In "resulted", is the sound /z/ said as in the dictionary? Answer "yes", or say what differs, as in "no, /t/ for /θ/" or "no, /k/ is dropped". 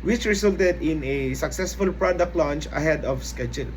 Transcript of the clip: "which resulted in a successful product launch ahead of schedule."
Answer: no, /s/ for /z/